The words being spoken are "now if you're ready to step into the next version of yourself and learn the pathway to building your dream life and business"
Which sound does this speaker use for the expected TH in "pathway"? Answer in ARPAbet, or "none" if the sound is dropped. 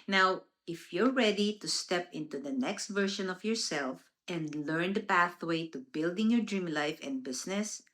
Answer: TH